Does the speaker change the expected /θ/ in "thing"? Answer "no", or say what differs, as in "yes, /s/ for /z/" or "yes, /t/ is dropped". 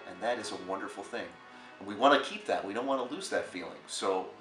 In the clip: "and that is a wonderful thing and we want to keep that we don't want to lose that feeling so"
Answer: no